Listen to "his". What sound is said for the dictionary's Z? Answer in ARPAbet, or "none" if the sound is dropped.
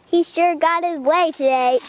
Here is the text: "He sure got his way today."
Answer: Z